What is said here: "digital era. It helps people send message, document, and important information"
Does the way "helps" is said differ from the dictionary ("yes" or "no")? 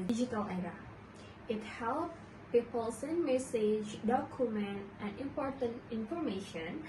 yes